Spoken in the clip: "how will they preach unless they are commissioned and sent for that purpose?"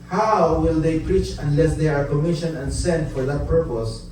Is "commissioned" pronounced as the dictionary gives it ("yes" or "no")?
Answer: no